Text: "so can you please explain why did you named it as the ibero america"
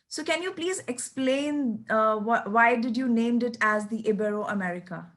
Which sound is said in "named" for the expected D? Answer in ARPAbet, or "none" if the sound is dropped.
D